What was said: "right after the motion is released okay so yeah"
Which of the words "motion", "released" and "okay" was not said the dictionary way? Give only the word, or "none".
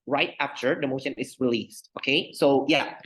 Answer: none